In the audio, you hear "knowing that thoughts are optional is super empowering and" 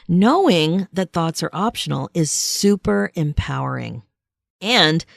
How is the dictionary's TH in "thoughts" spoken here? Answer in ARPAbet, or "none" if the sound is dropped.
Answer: TH